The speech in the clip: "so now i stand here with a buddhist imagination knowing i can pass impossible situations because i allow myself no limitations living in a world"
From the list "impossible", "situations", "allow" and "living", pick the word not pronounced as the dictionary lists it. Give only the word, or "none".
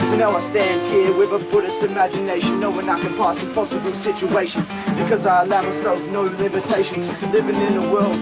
impossible